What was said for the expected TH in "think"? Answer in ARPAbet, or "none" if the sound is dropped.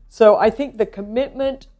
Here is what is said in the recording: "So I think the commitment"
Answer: TH